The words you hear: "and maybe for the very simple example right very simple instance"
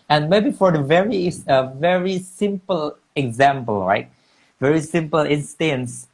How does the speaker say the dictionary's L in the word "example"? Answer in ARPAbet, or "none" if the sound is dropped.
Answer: L